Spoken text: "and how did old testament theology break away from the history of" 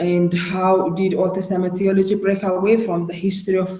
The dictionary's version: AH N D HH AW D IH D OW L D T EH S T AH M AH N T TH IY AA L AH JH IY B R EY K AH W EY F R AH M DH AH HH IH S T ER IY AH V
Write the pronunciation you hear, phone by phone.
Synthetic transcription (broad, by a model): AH N D HH AW D IH D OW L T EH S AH M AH T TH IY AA L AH JH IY B R EY K AH W EY F R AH M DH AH HH IH S T ER IY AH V